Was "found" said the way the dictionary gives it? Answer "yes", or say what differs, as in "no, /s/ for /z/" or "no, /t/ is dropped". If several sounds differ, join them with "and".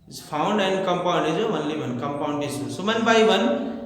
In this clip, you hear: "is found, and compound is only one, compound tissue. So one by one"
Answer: no, /p/ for /f/